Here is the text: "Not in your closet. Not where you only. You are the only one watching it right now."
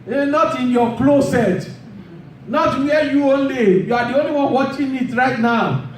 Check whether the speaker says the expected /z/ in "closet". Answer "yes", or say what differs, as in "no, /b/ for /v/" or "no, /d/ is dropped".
no, /s/ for /z/